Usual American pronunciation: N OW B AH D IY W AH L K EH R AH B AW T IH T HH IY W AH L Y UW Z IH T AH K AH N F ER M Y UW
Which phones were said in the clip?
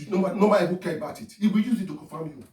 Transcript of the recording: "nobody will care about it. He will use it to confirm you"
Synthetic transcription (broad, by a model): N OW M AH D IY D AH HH K EH R AH B AW T IH T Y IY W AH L Y UW Z IH T AH K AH F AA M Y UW